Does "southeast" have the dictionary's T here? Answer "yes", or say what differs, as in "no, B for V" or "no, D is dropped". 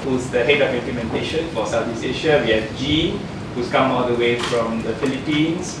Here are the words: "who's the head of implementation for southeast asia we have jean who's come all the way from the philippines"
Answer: no, T is dropped